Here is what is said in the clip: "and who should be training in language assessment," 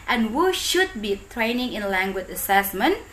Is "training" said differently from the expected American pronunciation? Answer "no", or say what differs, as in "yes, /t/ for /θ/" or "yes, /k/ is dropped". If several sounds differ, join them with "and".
no